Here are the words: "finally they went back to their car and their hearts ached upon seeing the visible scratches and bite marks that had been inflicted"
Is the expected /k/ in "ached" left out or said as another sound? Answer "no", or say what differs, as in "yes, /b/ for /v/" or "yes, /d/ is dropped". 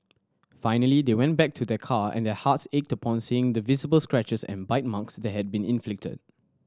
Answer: no